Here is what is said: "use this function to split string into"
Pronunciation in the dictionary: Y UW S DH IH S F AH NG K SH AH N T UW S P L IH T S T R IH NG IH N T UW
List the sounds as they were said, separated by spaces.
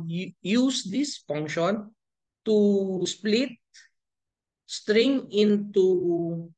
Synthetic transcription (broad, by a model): Y UW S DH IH S F AH NG K SH AH N T UW S P L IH T S T R IH NG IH N T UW